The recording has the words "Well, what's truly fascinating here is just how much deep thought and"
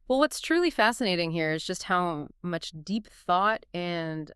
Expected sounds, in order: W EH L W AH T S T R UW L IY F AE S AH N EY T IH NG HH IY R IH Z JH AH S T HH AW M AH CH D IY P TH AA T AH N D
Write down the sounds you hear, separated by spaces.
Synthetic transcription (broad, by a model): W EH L W AH T S T R UW L IY F AE S AH N EY T IH NG HH IY R IH Z JH AH S T HH AW M AH CH D IY P TH AA T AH N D